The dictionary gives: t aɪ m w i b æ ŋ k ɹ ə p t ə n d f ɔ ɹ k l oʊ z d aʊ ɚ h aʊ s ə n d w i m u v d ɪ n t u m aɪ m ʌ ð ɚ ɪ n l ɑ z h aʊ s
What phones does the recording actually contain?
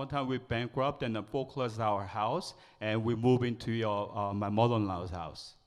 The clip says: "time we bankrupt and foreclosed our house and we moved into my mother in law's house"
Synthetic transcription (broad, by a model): t aɪ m w i b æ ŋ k ɹ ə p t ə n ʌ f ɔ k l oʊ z aʊ ɚ h aʊ s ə n w i m u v ɪ n t u m aɪ m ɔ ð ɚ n l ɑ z h aʊ s